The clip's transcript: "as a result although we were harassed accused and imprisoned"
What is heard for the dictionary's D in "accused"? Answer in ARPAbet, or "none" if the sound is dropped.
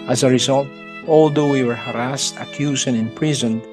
none